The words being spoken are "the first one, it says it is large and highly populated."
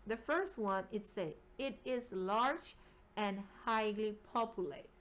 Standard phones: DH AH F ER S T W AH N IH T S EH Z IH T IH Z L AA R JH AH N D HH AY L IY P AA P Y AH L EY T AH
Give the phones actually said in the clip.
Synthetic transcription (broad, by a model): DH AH F ER S T W AH N IH T S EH IH T IH Z L AA R JH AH N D HH AY L IY P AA P Y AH L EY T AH